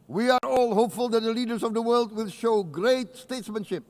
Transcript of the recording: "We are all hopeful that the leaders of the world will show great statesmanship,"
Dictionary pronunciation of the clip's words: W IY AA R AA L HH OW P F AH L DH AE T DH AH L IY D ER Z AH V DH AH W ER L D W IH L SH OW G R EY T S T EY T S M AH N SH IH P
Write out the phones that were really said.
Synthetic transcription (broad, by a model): W IY AA R AA L HH OW P F AH L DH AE T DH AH L IY D ER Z AH V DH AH W ER L D W IH L SH OW G R EY T S T EY T S M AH N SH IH P